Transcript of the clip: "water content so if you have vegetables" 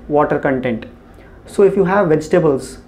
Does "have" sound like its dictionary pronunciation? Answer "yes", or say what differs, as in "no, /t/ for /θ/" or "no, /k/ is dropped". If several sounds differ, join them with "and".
yes